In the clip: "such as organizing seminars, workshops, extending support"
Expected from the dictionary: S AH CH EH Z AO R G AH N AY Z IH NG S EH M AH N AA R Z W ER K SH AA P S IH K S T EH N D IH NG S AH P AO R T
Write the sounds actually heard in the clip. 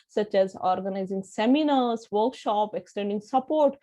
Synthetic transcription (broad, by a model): S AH CH EH Z AO R G AH N AY Z IH NG S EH M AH N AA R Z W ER K SH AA P IH K S T EH N D IH NG S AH P AO R T